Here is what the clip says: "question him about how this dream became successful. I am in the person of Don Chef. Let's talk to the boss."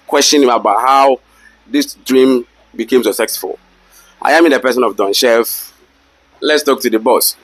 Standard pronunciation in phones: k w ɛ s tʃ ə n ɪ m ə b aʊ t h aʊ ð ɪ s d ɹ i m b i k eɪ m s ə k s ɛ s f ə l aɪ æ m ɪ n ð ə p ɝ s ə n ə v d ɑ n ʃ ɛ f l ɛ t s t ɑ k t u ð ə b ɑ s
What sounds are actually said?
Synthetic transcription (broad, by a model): k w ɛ s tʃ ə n ɪ m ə b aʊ t h aʊ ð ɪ s d ɹ i m b i k eɪ m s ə s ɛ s f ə l aɪ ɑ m ɪ n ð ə p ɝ s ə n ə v d ɑ n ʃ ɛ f l ɛ t s t ɑ k t u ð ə b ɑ s